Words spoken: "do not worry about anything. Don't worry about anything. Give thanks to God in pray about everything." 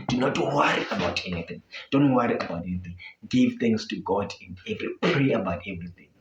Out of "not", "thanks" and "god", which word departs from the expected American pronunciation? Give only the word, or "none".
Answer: thanks